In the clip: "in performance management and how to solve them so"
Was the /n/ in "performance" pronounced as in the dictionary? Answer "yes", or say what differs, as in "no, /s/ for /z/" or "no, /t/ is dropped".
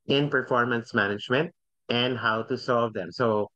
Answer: yes